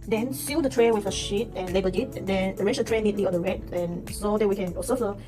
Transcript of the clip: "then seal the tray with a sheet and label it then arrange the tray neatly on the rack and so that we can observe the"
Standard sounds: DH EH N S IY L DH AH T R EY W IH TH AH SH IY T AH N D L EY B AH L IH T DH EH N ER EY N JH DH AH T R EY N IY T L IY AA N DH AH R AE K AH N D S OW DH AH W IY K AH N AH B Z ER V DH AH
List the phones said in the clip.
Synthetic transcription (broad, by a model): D EH N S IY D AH T R EY W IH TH AH SH IY T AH N L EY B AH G IH T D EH N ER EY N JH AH T R EY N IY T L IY AA N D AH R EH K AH N S OW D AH W IY K AH N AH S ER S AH